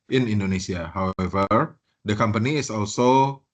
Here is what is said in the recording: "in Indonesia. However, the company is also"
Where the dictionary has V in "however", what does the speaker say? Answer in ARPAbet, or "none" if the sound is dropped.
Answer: V